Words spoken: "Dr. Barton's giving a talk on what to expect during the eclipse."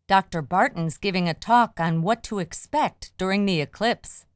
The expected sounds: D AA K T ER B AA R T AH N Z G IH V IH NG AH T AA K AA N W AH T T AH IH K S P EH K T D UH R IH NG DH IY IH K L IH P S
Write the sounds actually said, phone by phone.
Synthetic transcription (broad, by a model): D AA K T ER B AA R T N Z G IH V IH NG AH T AA K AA N W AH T T AH IH K S P EH K T D UH R IH NG DH IY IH K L IH P S